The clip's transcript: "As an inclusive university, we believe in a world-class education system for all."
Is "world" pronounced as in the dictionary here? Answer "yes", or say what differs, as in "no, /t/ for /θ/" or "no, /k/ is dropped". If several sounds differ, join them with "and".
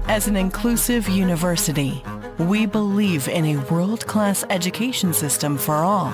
yes